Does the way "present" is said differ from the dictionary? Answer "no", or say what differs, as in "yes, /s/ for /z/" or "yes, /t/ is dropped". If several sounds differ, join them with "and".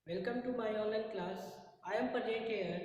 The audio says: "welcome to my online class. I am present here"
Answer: yes, /n/ is dropped